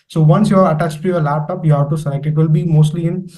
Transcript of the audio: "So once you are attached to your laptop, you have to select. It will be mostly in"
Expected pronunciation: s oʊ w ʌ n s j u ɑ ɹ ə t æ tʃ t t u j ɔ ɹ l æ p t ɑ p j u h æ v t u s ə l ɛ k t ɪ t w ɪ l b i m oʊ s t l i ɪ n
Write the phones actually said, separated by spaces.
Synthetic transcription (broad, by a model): s oʊ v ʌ n s j u ɑ ɹ ə t æ tʃ t t u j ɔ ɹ l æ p t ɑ p j u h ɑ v t u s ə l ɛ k ɪ t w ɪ l b i m oʊ s t l i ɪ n